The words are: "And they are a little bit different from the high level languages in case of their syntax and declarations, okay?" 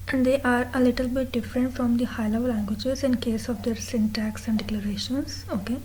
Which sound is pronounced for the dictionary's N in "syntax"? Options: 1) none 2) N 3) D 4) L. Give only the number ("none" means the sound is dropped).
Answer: 2